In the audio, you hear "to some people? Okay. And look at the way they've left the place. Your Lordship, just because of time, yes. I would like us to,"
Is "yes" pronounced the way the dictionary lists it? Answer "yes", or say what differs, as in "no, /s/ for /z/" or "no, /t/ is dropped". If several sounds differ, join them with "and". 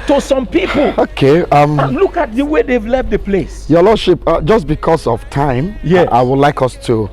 no, /s/ is dropped